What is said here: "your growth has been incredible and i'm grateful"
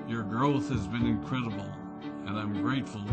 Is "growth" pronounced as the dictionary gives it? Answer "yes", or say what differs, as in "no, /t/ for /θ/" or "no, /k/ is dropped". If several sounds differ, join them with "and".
yes